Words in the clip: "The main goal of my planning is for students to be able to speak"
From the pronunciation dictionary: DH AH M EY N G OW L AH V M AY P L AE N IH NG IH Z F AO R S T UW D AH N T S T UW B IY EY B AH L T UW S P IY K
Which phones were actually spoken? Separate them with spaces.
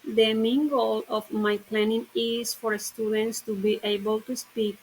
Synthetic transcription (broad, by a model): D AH M EY N G OW L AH F M AY P L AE N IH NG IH S F AO R S T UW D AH N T S T UW B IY EY B AH L T UW S P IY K